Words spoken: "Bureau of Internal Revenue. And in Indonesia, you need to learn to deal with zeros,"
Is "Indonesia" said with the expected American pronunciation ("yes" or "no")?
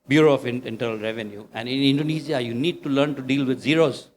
no